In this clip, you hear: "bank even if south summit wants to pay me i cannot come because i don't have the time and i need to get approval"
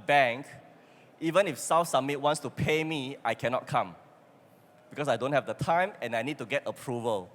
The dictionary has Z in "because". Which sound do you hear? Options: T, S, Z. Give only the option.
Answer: S